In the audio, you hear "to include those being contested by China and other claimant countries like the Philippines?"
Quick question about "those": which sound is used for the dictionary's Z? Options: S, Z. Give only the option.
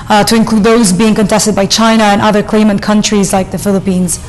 Z